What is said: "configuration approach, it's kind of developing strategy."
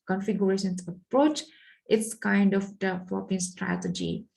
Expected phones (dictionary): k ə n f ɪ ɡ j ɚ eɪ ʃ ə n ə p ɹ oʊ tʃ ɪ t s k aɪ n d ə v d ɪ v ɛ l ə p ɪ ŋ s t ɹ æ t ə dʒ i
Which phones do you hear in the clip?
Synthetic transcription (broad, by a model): k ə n f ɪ ɡ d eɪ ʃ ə n ə p ɹ oʊ tʃ ɪ t s k aɪ n d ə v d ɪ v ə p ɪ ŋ s t ɹ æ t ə dʒ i